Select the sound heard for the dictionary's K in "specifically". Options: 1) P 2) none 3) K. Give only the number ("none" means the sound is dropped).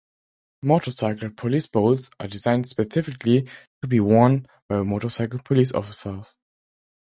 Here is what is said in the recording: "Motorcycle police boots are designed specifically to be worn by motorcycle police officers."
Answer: 3